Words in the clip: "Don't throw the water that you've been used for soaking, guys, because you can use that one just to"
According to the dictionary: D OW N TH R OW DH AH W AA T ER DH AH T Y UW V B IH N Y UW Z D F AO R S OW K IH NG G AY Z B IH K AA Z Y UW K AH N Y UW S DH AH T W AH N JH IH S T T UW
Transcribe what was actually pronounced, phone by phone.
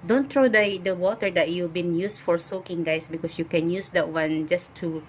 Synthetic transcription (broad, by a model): D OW N T R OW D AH W AA T ER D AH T Y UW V B IH N Y UW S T F AO R S OW K IH NG G AY S B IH K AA S Y UW K AH N Y UW S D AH T W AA N JH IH S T T UW